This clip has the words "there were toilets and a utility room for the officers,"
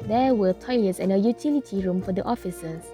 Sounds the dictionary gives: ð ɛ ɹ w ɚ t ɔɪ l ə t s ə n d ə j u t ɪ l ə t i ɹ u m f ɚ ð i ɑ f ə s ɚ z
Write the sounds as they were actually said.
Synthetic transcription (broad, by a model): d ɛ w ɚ t ɔɪ l ə t s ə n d ə j u t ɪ l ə t i ɹ u m f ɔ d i ɑ f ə s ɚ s